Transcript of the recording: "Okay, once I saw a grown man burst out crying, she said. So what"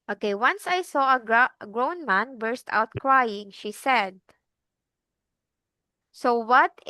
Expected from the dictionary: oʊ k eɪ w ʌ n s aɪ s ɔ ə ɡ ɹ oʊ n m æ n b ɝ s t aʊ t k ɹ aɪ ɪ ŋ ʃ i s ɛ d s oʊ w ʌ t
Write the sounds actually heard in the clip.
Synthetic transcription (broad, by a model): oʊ k eɪ w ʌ n s aɪ s ɔ ə ɡ ɹ oʊ n m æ n b ɝ s t aʊ t k ɹ aɪ ɪ ŋ ʃ i s ɛ d s oʊ w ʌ t